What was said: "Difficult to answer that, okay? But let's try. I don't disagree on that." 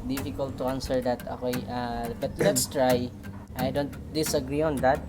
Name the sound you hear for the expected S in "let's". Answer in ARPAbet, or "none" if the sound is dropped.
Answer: S